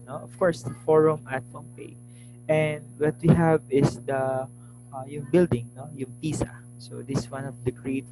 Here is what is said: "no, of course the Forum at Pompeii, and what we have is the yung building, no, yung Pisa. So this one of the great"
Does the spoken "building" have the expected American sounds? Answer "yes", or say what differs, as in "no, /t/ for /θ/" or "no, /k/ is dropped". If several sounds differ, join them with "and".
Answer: yes